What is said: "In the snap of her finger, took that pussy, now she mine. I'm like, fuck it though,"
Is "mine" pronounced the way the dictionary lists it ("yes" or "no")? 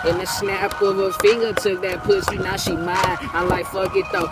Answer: no